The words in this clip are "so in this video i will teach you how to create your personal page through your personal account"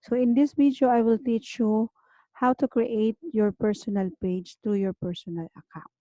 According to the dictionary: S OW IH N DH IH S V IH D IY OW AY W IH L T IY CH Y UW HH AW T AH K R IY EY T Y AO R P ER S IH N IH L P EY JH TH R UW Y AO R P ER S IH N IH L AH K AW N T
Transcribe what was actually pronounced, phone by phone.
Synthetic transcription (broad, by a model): S OW IH N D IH S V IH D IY OW AY W IH L T IY CH Y UW HH AW T AH K R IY EY T Y AO R P ER S IH N IH L P EY JH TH R UW Y AO R P ER S IH N IH L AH K AW N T